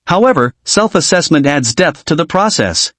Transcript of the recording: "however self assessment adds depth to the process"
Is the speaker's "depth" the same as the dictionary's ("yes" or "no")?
yes